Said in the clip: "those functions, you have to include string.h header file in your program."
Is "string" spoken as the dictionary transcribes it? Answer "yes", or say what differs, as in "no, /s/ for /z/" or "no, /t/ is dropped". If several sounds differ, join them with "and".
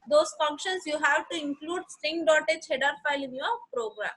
no, /ɹ/ is dropped